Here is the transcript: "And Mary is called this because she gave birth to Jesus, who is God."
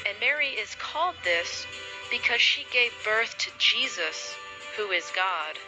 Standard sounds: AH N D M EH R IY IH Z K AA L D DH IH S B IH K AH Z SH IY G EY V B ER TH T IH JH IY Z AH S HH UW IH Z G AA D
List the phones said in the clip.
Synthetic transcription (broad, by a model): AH N M EH R IY IH Z K AA L D DH IH S B IH K AH Z SH IY G EY V B ER TH T IH JH IY Z AH S HH UW IH Z G AA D